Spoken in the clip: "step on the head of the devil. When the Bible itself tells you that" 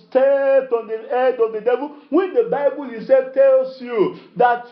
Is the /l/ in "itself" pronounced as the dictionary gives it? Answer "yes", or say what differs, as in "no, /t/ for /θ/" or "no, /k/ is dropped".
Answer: no, /l/ is dropped